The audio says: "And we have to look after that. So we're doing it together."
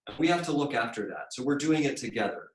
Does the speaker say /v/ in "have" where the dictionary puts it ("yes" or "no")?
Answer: no